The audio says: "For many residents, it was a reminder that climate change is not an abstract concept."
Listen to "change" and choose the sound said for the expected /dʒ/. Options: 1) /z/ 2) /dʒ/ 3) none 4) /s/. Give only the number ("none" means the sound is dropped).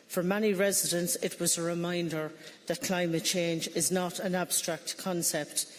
2